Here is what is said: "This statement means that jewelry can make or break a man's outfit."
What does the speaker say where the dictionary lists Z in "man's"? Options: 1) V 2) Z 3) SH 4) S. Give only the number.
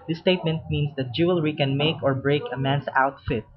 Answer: 4